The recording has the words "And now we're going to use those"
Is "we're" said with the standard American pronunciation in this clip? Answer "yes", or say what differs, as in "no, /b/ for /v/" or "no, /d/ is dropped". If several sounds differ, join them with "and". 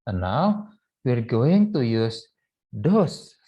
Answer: yes